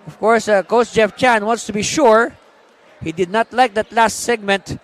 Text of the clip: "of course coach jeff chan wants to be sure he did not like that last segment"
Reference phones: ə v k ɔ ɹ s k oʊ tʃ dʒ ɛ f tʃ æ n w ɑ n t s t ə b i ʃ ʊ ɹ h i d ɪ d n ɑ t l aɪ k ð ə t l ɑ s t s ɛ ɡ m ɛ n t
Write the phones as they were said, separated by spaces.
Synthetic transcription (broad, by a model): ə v k ɔ ɹ s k oʊ s dʒ ɛ f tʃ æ n w ɑ n t s t ə b i ʃ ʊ ɹ h i d ɪ d n ɑ t l aɪ k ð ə t l ɑ s t s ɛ ɡ m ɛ n t